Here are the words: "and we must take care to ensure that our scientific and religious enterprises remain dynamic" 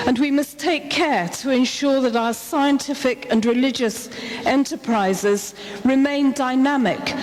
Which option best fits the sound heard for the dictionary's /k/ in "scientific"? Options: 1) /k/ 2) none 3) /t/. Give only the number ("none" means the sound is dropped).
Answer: 1